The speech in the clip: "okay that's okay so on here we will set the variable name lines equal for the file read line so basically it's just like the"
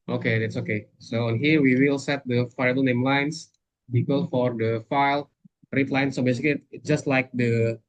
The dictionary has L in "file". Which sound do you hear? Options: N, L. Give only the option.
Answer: L